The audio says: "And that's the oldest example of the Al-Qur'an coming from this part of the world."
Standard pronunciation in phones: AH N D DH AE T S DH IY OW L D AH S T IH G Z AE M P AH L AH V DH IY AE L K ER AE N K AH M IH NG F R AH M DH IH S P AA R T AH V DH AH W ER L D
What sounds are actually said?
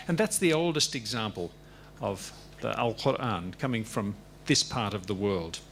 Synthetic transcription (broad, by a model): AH N DH AE T S DH IY OW L D AH S T IH G Z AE M P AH L AH V DH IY AE L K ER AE N K AH M IH NG F R AH M DH IH S P AA R T AH V DH AH W ER L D